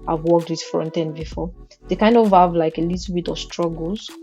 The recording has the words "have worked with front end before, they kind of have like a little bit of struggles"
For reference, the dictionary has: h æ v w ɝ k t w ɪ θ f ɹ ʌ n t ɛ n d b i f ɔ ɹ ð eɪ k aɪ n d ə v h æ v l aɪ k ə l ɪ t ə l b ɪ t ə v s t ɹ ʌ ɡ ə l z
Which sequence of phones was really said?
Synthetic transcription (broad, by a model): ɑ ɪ v w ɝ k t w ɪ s f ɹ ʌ n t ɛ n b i f ɔ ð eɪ k aɪ n d ə v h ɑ v l aɪ k ə l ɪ t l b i t ə v s t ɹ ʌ ɡ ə l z